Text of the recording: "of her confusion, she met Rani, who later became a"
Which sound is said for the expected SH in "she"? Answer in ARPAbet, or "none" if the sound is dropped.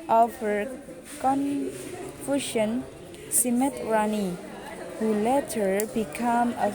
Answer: S